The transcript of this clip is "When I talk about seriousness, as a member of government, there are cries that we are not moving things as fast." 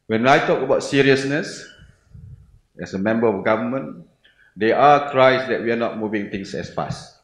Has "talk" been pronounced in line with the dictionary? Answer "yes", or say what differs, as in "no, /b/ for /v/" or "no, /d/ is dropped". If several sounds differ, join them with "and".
yes